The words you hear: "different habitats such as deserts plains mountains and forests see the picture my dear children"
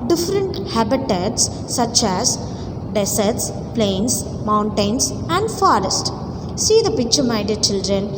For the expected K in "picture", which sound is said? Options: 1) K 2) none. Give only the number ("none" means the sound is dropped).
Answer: 1